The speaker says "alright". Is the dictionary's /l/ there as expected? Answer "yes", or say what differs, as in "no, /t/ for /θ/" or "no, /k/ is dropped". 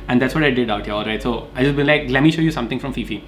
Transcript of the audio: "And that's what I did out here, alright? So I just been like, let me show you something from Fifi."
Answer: yes